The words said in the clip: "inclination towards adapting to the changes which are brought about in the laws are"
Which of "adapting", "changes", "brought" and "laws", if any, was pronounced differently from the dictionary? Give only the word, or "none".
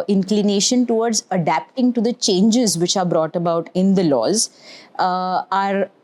none